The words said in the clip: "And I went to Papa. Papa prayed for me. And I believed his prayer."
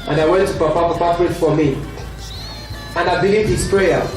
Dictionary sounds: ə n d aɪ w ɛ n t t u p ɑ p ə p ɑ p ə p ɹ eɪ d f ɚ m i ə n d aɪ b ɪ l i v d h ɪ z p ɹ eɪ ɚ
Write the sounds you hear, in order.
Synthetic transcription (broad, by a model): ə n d aɪ w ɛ n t t u p ɑ p ə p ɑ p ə f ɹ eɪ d f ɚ m i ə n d aɪ b ɪ l i v d h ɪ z p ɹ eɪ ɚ